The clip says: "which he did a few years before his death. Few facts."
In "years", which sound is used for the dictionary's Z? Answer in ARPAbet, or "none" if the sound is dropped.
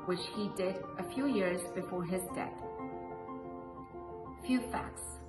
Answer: Z